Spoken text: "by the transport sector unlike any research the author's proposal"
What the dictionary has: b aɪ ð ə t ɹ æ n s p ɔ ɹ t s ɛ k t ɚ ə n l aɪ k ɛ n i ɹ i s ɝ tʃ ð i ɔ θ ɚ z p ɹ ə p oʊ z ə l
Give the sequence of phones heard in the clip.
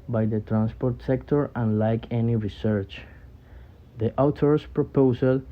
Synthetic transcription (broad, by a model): b aɪ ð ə t ɹ æ n s p ɔ ɹ t s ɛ k t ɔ ə n l aɪ k ɛ n i ɹ i s ɝ tʃ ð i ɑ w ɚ s p ɹ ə p oʊ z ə l